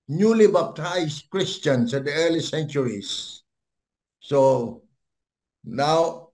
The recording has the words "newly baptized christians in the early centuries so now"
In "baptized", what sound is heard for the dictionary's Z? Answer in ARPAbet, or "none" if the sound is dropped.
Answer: S